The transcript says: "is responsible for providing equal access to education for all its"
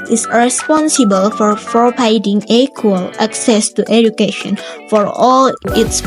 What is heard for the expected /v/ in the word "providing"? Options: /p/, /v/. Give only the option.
/p/